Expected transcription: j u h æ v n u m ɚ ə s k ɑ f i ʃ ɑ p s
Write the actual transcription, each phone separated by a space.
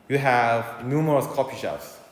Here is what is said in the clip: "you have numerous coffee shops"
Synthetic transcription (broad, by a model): j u h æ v n u m ɚ ə s k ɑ p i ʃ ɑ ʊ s